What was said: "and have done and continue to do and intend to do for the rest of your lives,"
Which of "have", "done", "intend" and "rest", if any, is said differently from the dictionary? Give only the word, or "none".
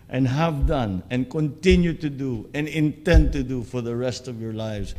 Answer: none